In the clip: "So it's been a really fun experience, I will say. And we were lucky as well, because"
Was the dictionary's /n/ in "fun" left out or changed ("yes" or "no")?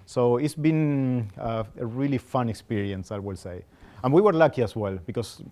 no